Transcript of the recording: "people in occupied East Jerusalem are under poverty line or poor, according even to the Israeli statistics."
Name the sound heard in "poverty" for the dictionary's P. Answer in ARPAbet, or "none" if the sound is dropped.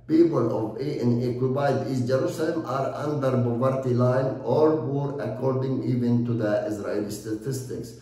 B